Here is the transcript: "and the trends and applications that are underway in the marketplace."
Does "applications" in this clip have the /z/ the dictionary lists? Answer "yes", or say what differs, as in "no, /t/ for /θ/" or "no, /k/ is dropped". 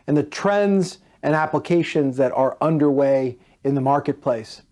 yes